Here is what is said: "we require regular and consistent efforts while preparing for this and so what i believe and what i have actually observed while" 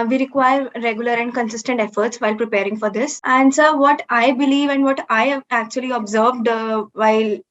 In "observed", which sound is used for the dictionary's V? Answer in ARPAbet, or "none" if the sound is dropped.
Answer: V